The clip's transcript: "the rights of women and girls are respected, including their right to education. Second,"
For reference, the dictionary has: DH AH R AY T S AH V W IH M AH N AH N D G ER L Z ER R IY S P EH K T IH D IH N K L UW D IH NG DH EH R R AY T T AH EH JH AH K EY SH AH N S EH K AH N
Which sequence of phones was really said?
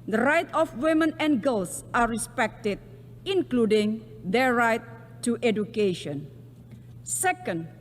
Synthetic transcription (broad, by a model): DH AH R AY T AH F W IH M AH N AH N G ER L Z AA R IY S P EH K T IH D IH N K L UW D IH NG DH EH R R AY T T EH JH AH K EY SH AH N S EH K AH N